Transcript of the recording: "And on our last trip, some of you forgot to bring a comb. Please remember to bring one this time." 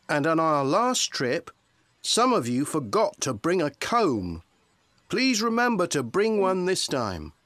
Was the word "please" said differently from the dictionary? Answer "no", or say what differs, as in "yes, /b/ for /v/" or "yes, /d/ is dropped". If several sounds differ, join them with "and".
no